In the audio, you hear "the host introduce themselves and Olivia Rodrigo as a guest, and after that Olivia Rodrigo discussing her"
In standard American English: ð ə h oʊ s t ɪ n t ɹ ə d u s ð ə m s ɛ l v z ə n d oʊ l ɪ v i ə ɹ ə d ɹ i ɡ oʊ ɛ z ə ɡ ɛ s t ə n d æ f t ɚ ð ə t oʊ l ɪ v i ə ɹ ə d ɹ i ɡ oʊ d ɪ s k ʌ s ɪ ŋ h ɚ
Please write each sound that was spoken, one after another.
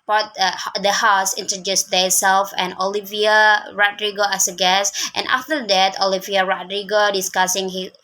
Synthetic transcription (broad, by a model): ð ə h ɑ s ɪ n t ɹ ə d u s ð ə s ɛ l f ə n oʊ l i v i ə ɹ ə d ɹ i ɡ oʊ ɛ s ə ɡ ɛ s t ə n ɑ f t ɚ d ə t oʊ l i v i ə ɹ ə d ɹ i ɡ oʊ d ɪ s k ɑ s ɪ ŋ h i